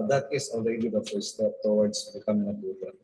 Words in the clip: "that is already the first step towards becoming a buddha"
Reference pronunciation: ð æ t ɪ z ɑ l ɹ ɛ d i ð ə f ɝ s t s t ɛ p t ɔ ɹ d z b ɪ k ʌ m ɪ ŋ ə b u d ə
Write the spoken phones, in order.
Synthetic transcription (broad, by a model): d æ t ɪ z ɑ l ɹ ɛ d i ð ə f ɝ t s t ɛ p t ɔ w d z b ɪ k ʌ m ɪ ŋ ə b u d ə